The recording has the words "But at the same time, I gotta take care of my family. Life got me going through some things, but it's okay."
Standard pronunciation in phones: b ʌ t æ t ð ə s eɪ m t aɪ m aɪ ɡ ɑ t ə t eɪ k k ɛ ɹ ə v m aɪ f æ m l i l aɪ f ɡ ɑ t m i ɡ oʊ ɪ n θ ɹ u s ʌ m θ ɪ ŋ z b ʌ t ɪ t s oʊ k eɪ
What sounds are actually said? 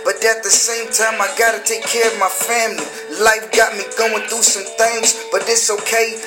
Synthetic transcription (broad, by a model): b ʌ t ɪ t ð ə s eɪ m t aɪ m aɪ ɡ ɑ t ə t eɪ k k ɛ ɹ ə v m aɪ f æ m l i l aɪ f ɡ ɑ t m i ɡ oʊ ɪ n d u s ʌ m θ ɪ ŋ z b ʌ t ɪ t s oʊ k eɪ